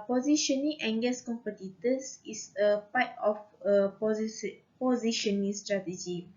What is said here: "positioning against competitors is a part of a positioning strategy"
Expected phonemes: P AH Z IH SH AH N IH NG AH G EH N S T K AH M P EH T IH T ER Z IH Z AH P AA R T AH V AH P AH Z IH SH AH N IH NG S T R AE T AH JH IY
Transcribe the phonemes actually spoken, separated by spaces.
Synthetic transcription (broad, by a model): P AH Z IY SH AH N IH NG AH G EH S K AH M P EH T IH T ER S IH S AH P AA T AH F AH P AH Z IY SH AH N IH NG S T R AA T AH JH IY